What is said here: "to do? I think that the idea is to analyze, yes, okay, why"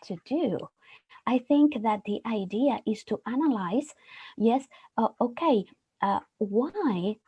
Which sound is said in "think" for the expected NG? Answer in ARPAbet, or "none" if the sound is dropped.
NG